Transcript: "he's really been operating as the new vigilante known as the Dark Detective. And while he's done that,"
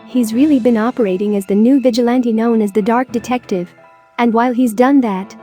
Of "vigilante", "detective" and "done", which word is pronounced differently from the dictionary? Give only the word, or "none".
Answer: none